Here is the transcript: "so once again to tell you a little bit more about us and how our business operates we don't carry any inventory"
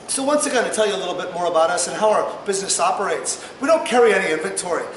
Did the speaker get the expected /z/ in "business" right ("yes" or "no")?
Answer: yes